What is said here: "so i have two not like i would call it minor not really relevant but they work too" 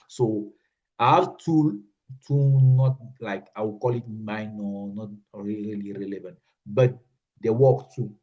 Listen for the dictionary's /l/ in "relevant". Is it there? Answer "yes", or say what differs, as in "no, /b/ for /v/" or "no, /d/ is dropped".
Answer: yes